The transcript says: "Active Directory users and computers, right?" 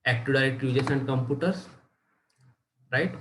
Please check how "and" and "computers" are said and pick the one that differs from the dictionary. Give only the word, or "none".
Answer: computers